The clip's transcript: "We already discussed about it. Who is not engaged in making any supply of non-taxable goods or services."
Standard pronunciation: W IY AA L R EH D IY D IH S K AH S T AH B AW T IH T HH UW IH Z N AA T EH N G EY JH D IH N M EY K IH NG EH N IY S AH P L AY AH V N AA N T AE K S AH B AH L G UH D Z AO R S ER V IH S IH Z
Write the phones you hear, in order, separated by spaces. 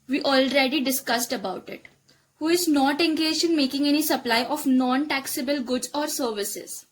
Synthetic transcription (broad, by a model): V IY AA L R EH D IY D IH S K AH S T AH B AW T IH T HH UW IH Z N AA T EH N G EY JH IH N M EY K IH NG EH N IY S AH P L AY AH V N AA N T AE K S AH B AH L G UH D Z AO R S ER V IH S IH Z